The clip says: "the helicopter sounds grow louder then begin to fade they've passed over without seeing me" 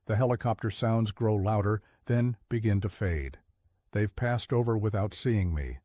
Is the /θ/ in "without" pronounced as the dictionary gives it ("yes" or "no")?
yes